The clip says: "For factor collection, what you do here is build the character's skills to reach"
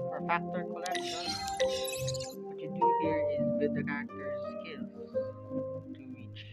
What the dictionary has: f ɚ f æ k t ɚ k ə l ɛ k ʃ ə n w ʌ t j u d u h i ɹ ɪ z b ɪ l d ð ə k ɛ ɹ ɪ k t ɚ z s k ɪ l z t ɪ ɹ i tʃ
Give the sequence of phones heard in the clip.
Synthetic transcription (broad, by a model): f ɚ f æ k t ɚ k ə l ɛ k ʃ ə n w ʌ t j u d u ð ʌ ɹ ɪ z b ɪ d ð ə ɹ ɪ k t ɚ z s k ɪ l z t ɪ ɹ i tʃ